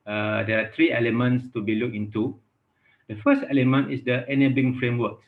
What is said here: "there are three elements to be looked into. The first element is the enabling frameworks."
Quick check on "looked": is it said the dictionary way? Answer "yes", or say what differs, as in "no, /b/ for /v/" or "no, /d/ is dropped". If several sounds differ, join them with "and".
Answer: no, /t/ is dropped